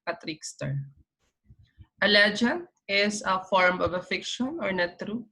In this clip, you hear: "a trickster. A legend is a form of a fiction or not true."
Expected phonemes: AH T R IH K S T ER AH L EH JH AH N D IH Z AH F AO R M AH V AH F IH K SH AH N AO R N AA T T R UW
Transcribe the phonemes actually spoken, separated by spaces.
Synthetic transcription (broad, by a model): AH T R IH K S T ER AH L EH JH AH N IH S AH F AO R M AH V AH F IH K SH AH N AO R N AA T T R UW